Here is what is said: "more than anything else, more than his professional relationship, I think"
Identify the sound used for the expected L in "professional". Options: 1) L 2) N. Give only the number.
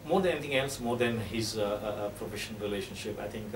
2